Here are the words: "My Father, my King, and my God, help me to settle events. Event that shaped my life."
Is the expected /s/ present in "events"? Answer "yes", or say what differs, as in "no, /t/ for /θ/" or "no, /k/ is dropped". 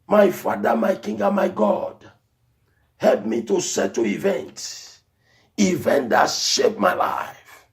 no, /s/ is dropped